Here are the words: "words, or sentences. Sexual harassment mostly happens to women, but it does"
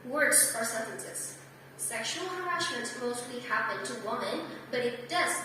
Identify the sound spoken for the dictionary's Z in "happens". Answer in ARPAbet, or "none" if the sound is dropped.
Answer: none